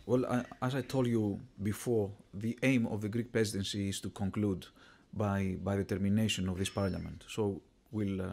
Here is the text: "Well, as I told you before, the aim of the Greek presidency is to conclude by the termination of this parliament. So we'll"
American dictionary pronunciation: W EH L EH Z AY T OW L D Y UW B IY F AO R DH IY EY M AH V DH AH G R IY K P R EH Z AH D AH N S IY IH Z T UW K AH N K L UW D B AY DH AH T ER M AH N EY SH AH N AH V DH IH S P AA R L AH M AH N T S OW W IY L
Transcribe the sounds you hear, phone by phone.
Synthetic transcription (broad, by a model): W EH L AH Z AY T OW L D Y UW B IY F AO R DH IY EY M AH V DH AH G R IY K P R EH Z AH D AH N S IY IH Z T UW K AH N K L UW D B AY DH AH T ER M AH N EY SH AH N AH V DH IH S P AA R L AH M AH N T S OW W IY L